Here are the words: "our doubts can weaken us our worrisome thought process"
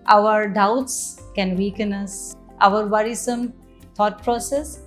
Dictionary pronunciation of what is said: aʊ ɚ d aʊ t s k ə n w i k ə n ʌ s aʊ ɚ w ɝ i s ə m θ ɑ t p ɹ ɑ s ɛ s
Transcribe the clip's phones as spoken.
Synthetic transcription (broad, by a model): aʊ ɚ d aʊ t s k ə n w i k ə n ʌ s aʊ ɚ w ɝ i s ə m t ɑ t p ɹ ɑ s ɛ s